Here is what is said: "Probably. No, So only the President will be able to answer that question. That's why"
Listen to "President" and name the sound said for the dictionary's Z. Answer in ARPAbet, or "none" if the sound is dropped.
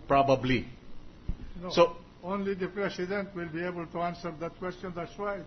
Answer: S